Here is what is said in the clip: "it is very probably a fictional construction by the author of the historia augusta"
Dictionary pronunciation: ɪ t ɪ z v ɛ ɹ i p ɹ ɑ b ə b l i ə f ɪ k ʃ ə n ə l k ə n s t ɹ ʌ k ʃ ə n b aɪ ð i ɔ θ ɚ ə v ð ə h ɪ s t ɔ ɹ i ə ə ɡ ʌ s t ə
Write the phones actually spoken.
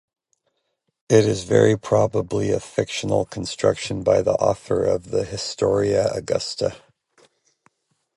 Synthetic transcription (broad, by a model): ɪ t ɪ z v ɛ ɹ i p ɹ ɑ b ə b l i ə f ɪ k ʃ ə n l k n s t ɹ ʌ k ʃ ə n b aɪ ð i ɔ θ ɚ ə v ð ə h ɪ s t ɔ ɹ i ə ə ɡ ʌ s t ə